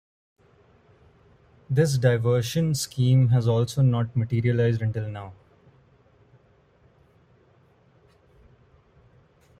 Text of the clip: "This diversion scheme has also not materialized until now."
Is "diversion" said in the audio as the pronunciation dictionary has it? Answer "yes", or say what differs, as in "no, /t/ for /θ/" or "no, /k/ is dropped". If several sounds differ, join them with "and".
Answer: no, /ʃ/ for /ʒ/